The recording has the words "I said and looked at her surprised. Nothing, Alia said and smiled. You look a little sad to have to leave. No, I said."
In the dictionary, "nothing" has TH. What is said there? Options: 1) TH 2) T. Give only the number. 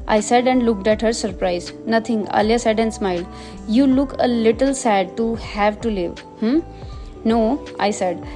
2